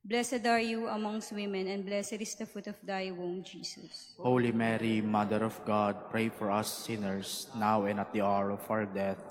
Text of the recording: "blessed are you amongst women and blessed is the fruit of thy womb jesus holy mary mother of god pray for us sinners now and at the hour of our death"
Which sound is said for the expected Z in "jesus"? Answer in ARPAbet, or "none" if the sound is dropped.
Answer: S